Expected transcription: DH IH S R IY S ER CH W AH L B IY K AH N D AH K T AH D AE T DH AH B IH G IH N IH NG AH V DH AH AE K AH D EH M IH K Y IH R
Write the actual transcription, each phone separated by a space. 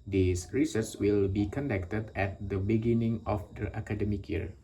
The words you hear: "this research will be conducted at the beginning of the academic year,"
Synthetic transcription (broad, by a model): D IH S R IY S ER S W AH L B IY K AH N D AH K T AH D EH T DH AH B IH G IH N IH NG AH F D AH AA K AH D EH M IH K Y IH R